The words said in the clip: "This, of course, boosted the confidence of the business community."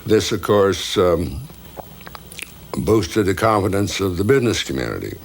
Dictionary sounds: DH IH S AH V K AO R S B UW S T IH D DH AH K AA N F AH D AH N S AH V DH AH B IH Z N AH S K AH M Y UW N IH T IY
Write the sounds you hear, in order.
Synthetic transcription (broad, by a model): DH IH S AH V K AO R S B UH S T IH D DH AH K AA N F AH D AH N S AH V DH AH B IH Z N AH S K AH M Y UW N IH T IY